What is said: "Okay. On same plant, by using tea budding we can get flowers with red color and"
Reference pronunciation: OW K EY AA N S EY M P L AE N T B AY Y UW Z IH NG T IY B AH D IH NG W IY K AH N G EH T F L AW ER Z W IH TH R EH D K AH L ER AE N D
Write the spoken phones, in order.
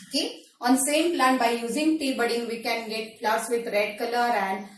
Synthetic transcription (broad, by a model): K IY AA N S EY M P L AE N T B AY Y UW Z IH NG T IY B AH D IH NG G IY K AH N G EH T P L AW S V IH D R EH D K AH L ER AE N D